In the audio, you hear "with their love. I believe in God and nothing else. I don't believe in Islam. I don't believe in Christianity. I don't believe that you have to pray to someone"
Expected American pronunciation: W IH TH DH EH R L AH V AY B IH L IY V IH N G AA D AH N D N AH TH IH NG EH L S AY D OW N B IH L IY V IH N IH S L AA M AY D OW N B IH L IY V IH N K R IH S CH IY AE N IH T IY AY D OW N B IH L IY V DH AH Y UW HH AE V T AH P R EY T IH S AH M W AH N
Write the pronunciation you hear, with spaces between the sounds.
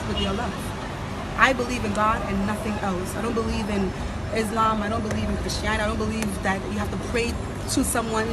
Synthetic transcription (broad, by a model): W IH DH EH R L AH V AY B IH L IY V IH N G AA D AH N N AH TH IH NG EH L S AY D OW N B IH L IY V IH N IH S L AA M AY D OW N B IH L IY V IH N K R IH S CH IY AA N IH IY D OW N B IH L IY V DH AH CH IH HH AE F T AH P R EY T IH S AH M W AH N